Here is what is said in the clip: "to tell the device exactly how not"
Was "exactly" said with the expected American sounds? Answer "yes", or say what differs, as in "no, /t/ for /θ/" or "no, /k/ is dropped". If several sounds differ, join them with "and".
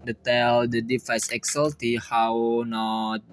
no, /l/ is dropped